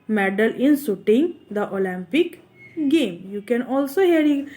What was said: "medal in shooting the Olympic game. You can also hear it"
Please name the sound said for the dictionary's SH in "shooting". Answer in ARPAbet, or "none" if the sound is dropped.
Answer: S